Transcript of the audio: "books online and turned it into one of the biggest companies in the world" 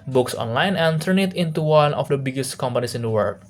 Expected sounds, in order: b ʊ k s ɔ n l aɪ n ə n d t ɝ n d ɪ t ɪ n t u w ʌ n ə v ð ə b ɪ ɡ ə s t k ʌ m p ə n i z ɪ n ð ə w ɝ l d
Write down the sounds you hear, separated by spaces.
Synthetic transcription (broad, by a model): b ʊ k s ɔ n l aɪ n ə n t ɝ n ɪ t ɪ n t u w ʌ n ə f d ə b ɪ ɡ ə s t k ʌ m p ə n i s ɪ n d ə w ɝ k